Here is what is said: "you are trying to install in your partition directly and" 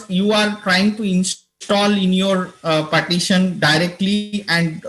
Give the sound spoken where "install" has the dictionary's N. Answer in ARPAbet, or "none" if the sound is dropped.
N